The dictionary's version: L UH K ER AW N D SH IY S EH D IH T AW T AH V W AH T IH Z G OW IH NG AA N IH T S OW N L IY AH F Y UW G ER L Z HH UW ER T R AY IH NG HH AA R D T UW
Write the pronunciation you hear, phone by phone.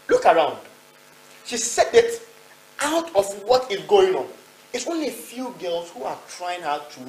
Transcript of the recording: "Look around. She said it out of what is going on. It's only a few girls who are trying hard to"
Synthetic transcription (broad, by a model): L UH K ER AW N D SH IY S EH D IH T AW T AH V W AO T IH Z G OW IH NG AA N IH T S OW N L IY AH F Y UW G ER L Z HH UW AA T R AY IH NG HH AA T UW